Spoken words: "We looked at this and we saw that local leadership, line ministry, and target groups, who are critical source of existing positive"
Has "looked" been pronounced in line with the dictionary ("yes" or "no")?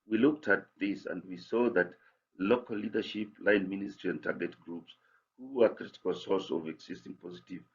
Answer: yes